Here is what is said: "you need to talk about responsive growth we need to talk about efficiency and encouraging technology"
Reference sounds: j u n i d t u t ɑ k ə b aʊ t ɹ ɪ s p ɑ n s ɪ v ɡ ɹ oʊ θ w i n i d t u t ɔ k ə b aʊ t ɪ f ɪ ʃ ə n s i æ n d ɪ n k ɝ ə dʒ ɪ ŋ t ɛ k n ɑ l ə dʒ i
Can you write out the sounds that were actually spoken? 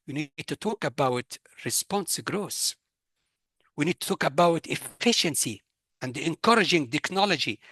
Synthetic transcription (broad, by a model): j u n i d t u t ɑ k ə b aʊ t ɹ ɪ s p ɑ n s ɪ ɡ ɹ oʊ s w i n i d t u t ɔ k ə b aʊ t ɪ f ɪ ʃ ə n s i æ n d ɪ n k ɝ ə dʒ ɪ ŋ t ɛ k n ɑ l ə dʒ i